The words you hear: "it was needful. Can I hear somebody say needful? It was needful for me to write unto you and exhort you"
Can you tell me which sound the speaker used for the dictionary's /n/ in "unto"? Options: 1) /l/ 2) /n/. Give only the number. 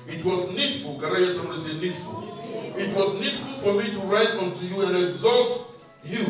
2